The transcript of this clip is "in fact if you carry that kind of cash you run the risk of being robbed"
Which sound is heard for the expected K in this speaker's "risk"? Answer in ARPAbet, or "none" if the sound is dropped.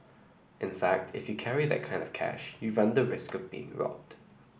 K